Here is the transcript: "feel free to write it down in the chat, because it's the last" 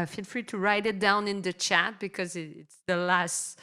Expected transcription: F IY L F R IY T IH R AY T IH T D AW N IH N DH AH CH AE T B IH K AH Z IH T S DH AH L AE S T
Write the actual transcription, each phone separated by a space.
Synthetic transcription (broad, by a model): F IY L F R IY T IH R AY T IH T D AW N IH N DH AH CH AE T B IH K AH Z IH T S DH AH L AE S T